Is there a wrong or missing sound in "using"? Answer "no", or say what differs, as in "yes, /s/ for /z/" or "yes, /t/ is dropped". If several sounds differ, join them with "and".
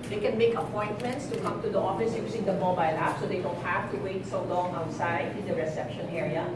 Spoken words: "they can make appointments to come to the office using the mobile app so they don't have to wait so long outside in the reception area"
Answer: yes, /s/ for /z/